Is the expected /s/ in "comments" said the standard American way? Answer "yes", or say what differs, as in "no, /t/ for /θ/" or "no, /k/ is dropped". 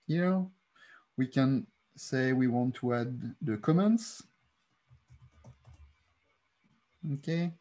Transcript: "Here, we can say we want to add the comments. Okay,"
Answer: yes